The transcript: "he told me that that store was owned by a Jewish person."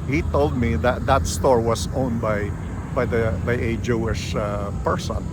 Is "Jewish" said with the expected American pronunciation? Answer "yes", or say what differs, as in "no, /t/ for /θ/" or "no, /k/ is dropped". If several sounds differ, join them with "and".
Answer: yes